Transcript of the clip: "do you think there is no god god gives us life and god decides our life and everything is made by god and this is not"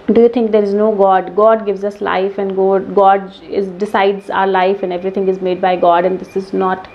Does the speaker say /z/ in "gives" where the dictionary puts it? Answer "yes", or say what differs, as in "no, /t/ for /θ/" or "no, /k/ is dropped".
yes